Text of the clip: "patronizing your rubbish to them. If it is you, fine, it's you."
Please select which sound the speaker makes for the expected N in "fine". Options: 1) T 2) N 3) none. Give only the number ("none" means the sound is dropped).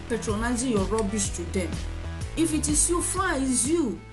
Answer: 3